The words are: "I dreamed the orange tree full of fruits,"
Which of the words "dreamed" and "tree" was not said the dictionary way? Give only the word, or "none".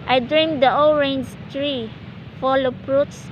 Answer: none